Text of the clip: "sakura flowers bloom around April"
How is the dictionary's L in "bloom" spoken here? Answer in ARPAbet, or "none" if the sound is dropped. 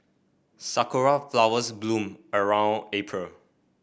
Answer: L